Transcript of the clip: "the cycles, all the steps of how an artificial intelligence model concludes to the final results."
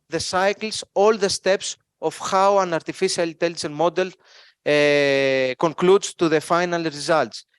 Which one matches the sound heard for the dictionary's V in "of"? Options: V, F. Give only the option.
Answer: F